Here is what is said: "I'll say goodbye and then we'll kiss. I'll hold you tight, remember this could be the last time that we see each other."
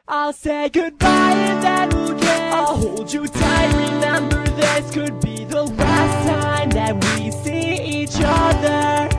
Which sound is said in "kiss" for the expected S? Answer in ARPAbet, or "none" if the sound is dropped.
none